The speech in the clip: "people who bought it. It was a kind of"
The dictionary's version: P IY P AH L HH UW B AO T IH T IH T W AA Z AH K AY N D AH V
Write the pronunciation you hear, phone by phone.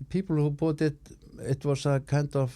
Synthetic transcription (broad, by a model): P IY P L HH UW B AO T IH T IH T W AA S AH K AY N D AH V